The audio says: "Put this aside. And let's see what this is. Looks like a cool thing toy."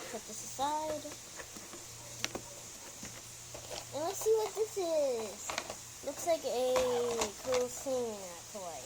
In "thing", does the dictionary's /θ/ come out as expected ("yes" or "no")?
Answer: no